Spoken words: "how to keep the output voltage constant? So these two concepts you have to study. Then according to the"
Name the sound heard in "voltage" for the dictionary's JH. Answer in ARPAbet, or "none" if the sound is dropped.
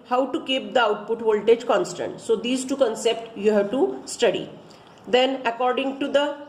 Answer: JH